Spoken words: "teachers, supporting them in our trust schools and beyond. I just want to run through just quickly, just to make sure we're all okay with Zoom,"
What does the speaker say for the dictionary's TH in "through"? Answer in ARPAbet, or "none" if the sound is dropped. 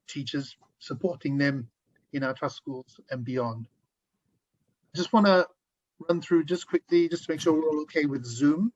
TH